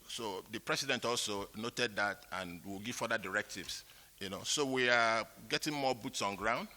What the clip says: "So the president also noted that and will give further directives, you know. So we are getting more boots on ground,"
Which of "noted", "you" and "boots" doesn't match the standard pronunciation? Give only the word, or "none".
none